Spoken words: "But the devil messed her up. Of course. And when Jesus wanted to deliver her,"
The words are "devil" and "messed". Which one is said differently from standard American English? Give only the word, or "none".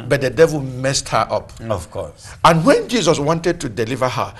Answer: none